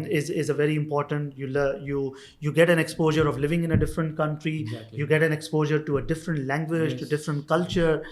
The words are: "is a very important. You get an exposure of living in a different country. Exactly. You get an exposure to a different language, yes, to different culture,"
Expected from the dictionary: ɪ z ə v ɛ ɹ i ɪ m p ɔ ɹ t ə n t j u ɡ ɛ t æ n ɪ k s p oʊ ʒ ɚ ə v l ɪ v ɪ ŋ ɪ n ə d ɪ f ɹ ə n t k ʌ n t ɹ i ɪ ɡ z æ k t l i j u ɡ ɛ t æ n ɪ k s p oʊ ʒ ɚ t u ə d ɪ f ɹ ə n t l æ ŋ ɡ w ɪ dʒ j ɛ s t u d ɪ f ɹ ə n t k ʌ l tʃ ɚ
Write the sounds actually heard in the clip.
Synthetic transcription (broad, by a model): ɪ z ə v ɛ ɹ i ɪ m p ɔ ɹ t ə n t j u ɡ ɛ t æ n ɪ k s p oʊ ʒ ɚ ə v l ɪ v ɪ ŋ ɪ n ə d ɪ f ɹ ə n t k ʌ n t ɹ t i j u ɡ ɛ t æ n ɪ k s p oʊ ʒ ɚ t u ə d ɪ f ɹ ə n t l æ ŋ ɡ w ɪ dʒ t u d ɪ f ɹ ə n t k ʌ l tʃ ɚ